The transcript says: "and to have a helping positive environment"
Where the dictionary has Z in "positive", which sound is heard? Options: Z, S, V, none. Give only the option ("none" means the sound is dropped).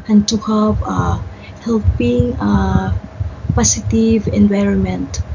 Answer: S